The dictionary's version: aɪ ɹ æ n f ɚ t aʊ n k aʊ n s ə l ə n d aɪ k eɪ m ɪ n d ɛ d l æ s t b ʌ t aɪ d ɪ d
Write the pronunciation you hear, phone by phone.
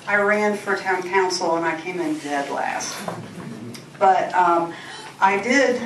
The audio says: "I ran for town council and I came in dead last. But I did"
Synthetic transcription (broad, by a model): aɪ ɹ æ n f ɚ t aʊ n k aʊ n s l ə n aɪ k eɪ m ɪ n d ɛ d l æ s t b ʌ t aɪ d ɪ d